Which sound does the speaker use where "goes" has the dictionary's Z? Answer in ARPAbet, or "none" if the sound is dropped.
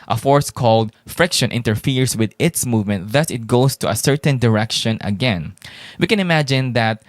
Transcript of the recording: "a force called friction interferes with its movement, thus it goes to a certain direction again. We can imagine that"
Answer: S